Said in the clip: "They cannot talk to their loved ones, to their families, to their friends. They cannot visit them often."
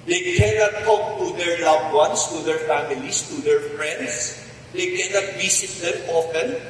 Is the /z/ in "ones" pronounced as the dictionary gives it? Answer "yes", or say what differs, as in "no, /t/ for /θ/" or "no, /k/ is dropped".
no, /s/ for /z/